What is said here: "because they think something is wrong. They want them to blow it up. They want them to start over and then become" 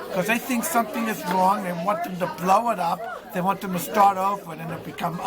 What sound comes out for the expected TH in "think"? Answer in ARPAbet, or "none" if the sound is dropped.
TH